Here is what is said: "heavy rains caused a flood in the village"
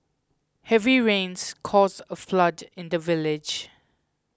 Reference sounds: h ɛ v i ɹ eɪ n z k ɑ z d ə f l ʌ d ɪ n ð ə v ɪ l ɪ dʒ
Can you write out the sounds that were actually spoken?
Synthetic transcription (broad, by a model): h ɛ v i ɹ eɪ n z k ɑ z ə f l ʌ d ɪ n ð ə v ɪ l ɪ dʒ